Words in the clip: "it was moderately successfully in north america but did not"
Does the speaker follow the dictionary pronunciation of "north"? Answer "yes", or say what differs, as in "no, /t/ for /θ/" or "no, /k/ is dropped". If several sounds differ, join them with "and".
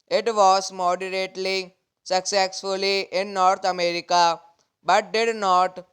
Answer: no, /t/ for /θ/